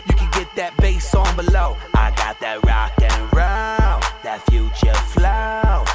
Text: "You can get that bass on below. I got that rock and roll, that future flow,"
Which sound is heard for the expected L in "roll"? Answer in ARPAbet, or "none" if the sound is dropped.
N